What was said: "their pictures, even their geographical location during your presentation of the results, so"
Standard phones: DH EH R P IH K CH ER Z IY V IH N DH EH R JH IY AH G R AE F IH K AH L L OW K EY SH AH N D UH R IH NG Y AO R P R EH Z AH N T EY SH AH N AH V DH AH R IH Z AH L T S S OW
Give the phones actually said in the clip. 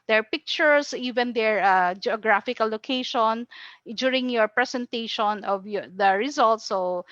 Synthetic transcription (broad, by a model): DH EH R P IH K CH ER S IY V IH N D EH R JH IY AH G R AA F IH K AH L L OW K EY SH AH N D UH R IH NG Y AO R P R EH S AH N T EY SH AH N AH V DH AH R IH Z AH L T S S OW